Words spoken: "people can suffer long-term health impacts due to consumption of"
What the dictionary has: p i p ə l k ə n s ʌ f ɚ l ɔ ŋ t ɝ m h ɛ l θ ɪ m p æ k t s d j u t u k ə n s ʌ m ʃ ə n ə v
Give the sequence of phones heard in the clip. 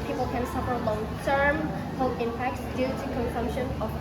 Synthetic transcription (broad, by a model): p i p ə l k ə n s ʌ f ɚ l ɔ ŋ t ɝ m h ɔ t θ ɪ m p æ k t s d j u t u k ə n s ʌ m ʃ ə n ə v